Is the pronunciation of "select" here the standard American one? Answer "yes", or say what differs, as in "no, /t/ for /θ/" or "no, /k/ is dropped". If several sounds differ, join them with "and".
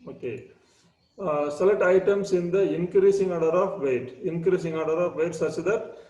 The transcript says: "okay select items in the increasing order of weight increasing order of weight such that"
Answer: no, /k/ is dropped